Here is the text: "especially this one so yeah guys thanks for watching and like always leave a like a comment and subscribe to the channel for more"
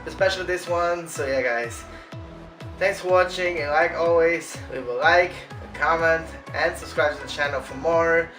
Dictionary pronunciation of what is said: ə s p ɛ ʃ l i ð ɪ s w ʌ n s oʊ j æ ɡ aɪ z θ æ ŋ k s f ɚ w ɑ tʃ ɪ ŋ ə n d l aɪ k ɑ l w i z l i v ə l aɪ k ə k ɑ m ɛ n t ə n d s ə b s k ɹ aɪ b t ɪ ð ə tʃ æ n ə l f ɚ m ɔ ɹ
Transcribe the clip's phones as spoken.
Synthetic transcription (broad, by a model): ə s p ɛ ʃ l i ð ɪ s w ʌ n s oʊ j æ ɡ aɪ z θ æ ŋ k s f ɚ w ɑ tʃ ɪ ŋ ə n l aɪ k ɑ l w i z w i w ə l aɪ k ə k ɑ m ɛ n t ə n s ə b s k ɹ aɪ b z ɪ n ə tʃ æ n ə l f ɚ m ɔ ɹ